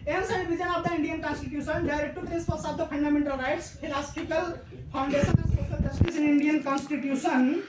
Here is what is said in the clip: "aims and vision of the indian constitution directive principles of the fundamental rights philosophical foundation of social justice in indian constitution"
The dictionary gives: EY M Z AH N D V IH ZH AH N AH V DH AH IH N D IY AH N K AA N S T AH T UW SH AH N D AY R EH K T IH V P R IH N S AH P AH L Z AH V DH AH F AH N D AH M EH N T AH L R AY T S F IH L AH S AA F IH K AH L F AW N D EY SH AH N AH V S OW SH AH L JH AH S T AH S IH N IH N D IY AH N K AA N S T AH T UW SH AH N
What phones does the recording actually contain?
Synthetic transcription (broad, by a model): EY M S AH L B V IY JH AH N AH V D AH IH N D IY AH N K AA N S T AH T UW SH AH N D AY R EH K T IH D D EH S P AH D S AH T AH P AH N D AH M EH N T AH L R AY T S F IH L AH S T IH K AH L P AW N D EY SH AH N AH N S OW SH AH L JH AH S T AH S IH N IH N D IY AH N K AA N S T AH T UW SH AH N